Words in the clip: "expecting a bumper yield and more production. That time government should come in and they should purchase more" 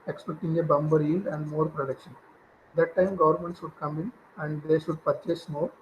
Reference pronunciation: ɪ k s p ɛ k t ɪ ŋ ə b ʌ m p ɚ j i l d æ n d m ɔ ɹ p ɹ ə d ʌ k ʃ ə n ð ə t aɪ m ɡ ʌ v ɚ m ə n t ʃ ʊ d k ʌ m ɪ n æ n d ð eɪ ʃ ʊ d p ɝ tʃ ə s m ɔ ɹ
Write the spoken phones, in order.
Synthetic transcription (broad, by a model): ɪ k s p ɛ k t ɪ ŋ ə b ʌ m b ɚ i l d æ n d m ɔ ɹ p ɹ ə d ʌ k ʃ ə n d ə t aɪ m ɡ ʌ v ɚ m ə n t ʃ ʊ d k ʌ m ɪ n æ n d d eɪ ʃ ʊ d p ɝ tʃ ə s m ɔ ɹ